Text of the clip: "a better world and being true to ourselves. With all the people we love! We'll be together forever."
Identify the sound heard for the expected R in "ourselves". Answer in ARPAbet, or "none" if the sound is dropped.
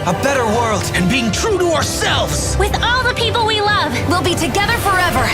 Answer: R